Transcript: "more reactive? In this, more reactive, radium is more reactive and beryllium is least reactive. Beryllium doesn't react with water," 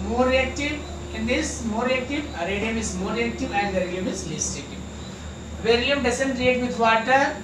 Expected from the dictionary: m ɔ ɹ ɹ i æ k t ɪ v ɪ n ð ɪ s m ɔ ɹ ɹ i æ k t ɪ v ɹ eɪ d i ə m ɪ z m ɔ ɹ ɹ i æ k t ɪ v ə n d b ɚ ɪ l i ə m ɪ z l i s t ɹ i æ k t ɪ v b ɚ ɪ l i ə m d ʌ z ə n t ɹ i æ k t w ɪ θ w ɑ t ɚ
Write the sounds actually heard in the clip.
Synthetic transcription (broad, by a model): m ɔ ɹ ɹ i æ k t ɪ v ɪ n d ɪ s m ɔ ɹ ɹ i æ k t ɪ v ɹ eɪ d i ə m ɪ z m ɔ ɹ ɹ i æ k t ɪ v ə n d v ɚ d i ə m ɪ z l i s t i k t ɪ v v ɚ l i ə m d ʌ s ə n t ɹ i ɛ t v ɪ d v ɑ t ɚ